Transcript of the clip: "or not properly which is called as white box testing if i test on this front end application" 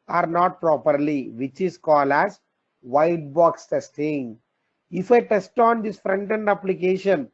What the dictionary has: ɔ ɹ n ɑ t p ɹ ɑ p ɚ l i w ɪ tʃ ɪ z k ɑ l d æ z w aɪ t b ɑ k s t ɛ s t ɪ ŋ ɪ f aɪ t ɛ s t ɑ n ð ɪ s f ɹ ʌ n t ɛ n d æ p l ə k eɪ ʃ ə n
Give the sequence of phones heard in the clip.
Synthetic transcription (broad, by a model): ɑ ɹ n ɑ t p ɹ ɑ p ɚ l i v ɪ tʃ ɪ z k ɑ l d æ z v aɪ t b ɑ k s t ɛ s t ɪ ŋ ɪ f aɪ t ɛ s t ɑ n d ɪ s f ɹ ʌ n t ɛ n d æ p l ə k eɪ ʃ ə n